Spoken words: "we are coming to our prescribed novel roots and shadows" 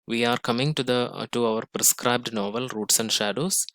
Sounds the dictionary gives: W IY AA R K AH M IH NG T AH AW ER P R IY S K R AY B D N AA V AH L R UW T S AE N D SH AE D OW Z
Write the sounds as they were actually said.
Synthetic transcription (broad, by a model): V IY AA R K AH M IH NG T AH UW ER P R IY S K R AY B D N AA V AH L R UW T S AE N D SH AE D OW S